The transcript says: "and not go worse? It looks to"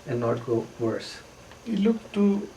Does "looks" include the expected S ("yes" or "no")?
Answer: no